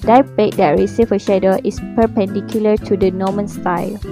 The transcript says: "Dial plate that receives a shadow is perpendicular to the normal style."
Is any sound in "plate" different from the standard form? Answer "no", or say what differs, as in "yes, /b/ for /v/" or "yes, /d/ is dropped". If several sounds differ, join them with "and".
yes, /l/ is dropped